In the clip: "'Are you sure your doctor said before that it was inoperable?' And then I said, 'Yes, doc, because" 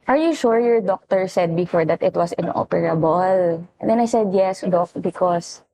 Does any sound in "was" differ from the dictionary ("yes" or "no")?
yes